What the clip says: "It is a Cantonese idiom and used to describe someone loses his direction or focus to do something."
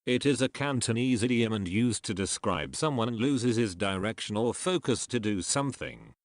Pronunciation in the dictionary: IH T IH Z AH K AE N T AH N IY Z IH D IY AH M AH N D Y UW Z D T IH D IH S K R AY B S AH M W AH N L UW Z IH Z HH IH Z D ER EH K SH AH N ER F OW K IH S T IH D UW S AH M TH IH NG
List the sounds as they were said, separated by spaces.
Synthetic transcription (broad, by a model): IH T IH Z AH K AE N T AH N IY Z IH D IY AH M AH N Y UW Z T IH D IH S K R AY B S AH M W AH N L UW Z IH Z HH IH Z D ER EH K SH AH N ER F OW K IH S T IH D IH S AH M TH IH NG